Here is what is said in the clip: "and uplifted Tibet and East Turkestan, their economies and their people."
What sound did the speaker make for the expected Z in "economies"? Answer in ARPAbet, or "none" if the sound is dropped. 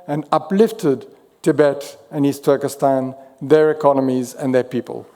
Z